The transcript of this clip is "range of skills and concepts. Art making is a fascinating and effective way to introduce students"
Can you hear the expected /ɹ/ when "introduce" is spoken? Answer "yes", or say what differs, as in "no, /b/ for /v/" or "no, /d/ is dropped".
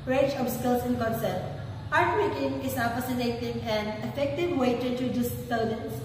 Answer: no, /ɹ/ is dropped